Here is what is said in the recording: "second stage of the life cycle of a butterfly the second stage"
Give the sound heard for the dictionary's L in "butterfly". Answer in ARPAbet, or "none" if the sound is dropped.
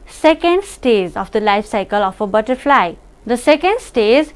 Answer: L